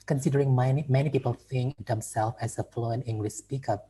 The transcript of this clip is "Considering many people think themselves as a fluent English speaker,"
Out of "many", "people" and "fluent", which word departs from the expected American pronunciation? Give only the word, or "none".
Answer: fluent